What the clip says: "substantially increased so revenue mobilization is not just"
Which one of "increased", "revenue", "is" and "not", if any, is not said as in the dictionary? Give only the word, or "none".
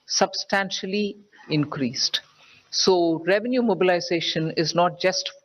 none